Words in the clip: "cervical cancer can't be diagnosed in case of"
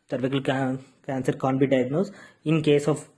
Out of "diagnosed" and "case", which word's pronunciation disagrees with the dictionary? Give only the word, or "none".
diagnosed